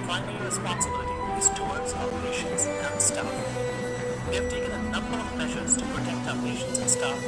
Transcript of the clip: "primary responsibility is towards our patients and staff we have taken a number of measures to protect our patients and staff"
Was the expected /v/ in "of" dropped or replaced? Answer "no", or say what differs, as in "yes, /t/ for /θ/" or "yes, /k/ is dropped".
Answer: no